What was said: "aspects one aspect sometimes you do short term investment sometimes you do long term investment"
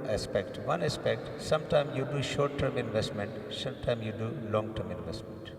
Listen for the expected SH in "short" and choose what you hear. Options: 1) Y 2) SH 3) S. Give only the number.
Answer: 2